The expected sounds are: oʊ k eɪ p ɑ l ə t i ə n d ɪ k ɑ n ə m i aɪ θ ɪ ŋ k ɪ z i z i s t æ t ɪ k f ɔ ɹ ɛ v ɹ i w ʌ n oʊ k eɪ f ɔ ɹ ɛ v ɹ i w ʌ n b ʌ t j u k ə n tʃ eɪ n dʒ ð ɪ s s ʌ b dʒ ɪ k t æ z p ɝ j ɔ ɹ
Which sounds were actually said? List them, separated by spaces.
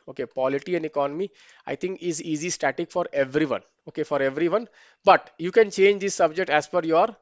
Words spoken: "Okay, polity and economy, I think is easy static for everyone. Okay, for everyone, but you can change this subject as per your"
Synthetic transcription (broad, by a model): oʊ k eɪ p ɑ l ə t i ə n d ɪ k ɑ n ə m i aɪ t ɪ ŋ k ɪ z i z i s t æ t ɪ k f ɔ ɹ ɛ v ɹ i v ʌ n oʊ k eɪ f ɔ ɹ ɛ v ɹ i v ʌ n b ʌ t j u k ə n tʃ eɪ n dʒ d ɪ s s ʌ b dʒ ɪ k t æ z f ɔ j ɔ ɹ